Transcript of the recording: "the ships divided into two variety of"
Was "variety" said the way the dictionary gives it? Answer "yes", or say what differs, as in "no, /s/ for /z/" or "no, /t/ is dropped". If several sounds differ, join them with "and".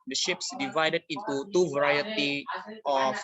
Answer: yes